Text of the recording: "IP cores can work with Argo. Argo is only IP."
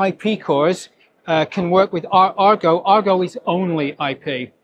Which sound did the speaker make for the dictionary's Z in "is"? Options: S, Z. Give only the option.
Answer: Z